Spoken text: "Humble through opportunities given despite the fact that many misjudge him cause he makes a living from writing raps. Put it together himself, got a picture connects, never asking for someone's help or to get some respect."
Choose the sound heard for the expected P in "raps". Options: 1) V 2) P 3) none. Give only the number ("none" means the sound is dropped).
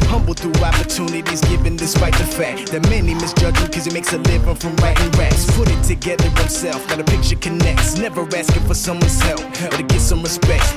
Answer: 3